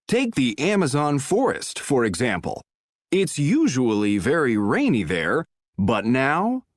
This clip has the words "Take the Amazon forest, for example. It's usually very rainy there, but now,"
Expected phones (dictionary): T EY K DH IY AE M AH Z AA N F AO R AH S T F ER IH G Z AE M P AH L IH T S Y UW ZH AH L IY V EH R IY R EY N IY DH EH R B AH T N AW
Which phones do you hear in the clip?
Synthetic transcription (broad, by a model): T EY K DH IY AE M AH Z AA N F AO R AH S T F ER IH G Z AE M P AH L IH T S Y UW ZH AH L IY V EH R IY R EY N IY DH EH R B AH T N AW